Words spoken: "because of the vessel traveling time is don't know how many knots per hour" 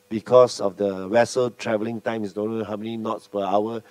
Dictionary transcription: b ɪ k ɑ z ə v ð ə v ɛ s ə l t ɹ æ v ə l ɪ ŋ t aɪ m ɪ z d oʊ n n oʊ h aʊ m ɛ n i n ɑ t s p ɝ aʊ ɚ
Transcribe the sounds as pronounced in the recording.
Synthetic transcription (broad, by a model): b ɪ k ɑ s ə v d ə w ɛ s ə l t ɹ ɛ v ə l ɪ ŋ t aɪ m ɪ s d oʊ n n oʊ h aʊ m ɛ n i n ɑ t s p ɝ aʊ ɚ